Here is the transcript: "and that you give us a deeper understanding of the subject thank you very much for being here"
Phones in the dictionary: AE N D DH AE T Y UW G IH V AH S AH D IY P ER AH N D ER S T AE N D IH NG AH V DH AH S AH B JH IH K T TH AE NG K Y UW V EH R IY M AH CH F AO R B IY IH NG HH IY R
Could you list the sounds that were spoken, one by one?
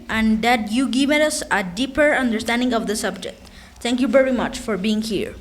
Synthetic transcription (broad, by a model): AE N D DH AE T Y UW G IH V AH S AH D IY P ER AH N D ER S T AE N D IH NG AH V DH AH S AH B JH IH K T T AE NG K Y UW V EH R IY M AH CH F AO R B IY IH NG HH IY R